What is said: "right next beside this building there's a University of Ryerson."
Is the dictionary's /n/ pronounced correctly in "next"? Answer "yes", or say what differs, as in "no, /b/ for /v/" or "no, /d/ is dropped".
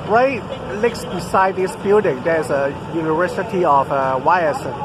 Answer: no, /l/ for /n/